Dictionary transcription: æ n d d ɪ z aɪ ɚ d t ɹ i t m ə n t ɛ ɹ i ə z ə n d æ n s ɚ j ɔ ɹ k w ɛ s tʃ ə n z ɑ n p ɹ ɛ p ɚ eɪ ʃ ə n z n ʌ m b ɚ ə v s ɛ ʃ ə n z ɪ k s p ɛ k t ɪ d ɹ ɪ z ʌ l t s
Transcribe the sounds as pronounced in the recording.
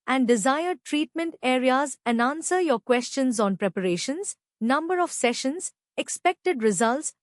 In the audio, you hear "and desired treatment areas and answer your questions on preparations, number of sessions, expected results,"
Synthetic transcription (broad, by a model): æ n d d ɪ z aɪ ɚ d t ɹ i t m ə n t ɛ ɹ i ə z ə n d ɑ n s ɚ j ɔ ɹ k w ɛ s tʃ ə n z ɑ n p ɹ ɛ p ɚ eɪ ʃ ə n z n ʌ m b ɚ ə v s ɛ ʃ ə n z ɪ k s p ɛ k t ɪ d ɹ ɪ z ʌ l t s